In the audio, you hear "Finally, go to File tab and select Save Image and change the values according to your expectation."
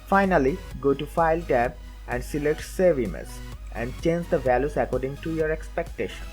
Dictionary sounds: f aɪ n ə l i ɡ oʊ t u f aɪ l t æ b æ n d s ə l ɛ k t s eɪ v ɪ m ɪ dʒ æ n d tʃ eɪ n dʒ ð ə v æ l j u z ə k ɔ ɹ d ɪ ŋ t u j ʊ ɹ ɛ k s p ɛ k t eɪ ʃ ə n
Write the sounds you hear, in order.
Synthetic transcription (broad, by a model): f aɪ n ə l i ɡ oʊ t u f aɪ l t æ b æ n d s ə l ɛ t s eɪ v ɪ m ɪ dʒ æ n d tʃ eɪ n dʒ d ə v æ l j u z ə k ɔ ɹ d ɪ ŋ t u j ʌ ɹ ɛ k s p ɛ k t eɪ ʃ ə n